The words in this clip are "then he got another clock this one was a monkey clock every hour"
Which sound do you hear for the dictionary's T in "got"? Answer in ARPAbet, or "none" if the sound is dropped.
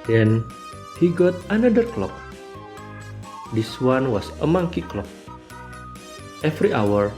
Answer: T